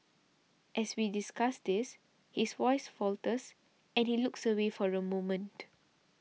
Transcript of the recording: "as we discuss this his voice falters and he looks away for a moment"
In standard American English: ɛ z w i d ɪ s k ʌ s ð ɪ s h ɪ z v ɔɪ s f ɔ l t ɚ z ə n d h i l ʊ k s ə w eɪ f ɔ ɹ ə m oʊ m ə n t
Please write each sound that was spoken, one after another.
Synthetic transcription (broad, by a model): ɛ s w i d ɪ s k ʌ s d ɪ s h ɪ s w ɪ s f ɔ l t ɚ s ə n h i l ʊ k s ə w eɪ f ɔ ɹ ə m oʊ m ə n t